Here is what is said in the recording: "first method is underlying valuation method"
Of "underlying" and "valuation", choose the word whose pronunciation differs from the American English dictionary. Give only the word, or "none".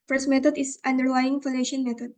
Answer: valuation